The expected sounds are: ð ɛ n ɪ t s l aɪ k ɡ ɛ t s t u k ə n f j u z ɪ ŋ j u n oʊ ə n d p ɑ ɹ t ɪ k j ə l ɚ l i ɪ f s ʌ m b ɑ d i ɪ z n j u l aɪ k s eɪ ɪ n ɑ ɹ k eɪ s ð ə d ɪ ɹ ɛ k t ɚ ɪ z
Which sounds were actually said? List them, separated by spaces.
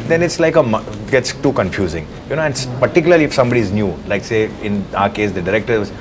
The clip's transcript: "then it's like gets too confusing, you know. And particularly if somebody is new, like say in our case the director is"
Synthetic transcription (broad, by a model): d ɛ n ɪ t s l aɪ k ɡ ɛ t s t u k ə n f j u z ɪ ŋ j u n oʊ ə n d p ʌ ɹ t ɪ k j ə l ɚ l i ɪ f s ʌ m b ɑ d i ɪ z n j u l aɪ k s eɪ ɪ n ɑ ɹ k eɪ s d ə d ɪ ɹ ɛ k t ɚ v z